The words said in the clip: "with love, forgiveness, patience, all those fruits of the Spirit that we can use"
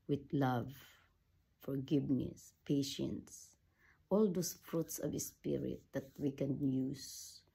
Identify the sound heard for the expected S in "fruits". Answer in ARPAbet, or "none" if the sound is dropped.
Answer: S